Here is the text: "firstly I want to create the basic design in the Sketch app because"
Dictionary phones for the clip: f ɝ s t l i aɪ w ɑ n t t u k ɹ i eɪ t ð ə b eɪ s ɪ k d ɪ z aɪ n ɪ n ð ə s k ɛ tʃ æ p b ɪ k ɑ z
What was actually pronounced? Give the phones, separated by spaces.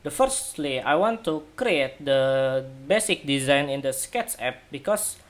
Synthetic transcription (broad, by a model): f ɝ s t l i aɪ w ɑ n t t u k ɹ i eɪ t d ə b eɪ s ɪ k d ɪ z aɪ n ɪ n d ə s k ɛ s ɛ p b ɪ k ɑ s